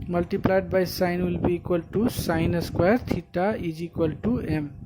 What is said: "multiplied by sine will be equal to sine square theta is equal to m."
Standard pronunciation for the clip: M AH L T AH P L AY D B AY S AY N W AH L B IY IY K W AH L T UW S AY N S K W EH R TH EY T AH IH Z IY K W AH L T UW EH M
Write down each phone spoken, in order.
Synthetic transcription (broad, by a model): M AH L T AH P L AY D B AY S AY N W AH L B IY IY K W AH L T UW S AY N S K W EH R T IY T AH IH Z IY K W AH L T UW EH M